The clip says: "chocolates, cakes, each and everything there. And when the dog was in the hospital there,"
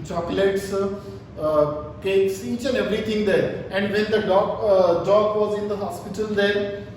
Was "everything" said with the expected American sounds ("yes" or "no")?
no